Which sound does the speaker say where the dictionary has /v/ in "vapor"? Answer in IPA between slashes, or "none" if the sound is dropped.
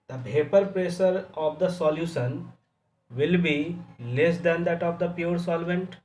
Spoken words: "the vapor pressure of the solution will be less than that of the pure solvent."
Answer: /b/